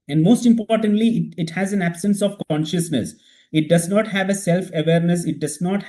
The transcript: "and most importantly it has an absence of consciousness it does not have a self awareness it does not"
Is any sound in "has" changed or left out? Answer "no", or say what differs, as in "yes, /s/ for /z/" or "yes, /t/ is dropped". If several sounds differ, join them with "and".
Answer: no